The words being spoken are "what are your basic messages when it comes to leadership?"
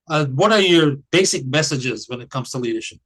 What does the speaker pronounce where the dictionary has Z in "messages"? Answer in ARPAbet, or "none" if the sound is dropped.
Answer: Z